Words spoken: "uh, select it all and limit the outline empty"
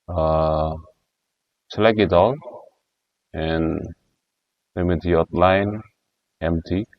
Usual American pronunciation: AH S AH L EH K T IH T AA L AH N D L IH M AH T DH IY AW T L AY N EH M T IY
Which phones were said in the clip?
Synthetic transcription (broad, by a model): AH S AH L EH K IH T AA L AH N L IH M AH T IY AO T L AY N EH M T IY